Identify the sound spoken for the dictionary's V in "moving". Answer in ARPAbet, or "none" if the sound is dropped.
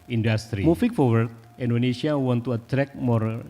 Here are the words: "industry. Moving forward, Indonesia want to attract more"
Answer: F